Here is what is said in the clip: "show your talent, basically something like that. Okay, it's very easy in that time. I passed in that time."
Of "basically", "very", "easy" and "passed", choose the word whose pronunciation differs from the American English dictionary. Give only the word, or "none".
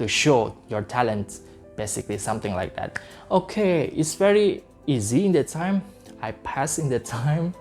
passed